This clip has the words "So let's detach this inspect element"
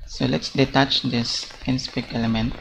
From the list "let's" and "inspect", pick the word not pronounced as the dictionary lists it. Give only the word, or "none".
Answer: inspect